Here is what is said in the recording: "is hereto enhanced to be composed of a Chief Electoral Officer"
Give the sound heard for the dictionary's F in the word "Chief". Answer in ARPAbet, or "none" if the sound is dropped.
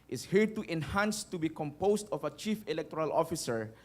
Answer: F